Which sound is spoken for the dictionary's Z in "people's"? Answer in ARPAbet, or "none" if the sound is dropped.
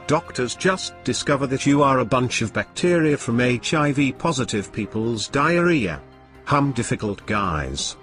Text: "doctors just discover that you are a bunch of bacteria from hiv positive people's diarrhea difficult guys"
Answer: Z